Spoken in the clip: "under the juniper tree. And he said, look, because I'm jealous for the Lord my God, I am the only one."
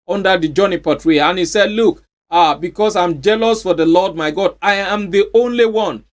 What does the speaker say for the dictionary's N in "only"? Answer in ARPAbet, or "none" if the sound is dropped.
N